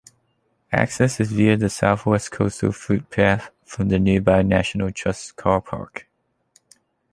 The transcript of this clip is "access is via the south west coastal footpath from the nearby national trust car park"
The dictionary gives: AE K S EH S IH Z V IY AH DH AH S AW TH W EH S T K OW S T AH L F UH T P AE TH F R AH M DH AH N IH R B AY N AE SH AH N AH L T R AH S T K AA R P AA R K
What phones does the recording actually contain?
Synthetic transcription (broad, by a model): AE K S EH S IH Z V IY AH DH AH S AW TH W EH S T K OW S T AH L F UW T P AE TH F R AH M DH AH N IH B AY N AE SH AH N AH L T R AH S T K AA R P AA R K